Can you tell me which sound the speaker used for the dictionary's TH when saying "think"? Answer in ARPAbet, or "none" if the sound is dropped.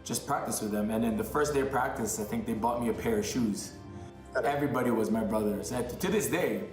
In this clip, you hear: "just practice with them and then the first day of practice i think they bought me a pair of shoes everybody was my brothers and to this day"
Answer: TH